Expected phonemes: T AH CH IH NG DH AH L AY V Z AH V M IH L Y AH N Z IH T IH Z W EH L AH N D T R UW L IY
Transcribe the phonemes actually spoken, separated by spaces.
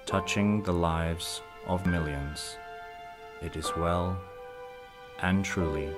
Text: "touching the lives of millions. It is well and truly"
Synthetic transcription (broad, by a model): T AH CH IH NG DH AH L AY V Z AH V M IH L Y AH N Z IH T IH Z W EH L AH N T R UW L IY